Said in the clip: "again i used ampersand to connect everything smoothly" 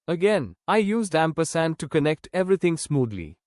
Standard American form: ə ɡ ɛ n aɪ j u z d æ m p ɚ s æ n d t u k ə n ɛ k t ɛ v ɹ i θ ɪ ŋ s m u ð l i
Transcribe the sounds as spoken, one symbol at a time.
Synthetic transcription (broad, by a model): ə ɡ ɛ n aɪ j u z d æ m p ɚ s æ n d t u k ə n ɛ k t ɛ v ɹ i t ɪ ŋ s m u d l i